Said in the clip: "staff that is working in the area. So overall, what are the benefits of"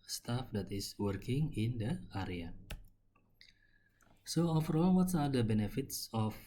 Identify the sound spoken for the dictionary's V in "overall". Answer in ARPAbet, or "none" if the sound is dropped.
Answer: F